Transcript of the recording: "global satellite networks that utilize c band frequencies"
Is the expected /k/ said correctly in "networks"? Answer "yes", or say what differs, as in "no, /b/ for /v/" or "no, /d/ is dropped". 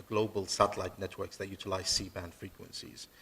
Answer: yes